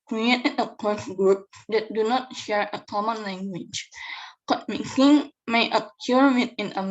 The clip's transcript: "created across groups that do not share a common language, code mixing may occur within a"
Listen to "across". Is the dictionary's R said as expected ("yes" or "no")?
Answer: no